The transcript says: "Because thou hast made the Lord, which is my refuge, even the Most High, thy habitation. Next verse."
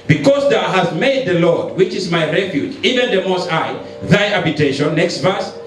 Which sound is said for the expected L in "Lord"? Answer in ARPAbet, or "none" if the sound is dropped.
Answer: L